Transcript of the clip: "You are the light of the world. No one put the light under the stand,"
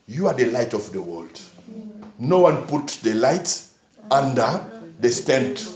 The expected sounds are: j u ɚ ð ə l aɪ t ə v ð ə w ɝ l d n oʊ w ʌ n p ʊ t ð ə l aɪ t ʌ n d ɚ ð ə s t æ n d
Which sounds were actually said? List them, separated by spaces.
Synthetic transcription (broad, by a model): j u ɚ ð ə l aɪ t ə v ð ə w ɝ l d n oʊ w ʌ n p ʊ t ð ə l aɪ t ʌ n d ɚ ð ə s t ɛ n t